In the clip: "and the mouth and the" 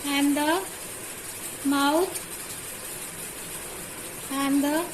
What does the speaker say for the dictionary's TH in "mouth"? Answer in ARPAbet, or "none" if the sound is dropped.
T